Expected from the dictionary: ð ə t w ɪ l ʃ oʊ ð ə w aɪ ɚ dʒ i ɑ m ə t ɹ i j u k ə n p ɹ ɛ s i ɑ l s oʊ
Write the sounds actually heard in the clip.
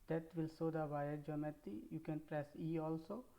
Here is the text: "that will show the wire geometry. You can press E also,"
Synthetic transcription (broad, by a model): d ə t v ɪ l s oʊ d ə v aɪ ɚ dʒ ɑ m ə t i j u k ə n p ɹ ɛ s i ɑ l s oʊ